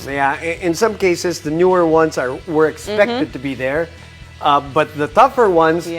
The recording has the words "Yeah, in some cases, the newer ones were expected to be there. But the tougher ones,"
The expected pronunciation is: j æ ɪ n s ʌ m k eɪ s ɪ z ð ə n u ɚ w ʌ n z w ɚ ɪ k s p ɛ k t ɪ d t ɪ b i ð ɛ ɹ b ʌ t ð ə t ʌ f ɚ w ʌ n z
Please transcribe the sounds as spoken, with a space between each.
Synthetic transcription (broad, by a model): j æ ɪ n s ʌ m k eɪ s ɪ z ð ə n u ɚ w ʌ n z w ɚ ɪ k s p ɛ k t ɪ d t ɪ b i ð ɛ ɹ b ʌ t ð ə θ ʌ f ɚ w ʌ n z